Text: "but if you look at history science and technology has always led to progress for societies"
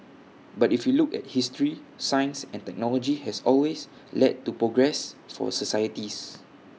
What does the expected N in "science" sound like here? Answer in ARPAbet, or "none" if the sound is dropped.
N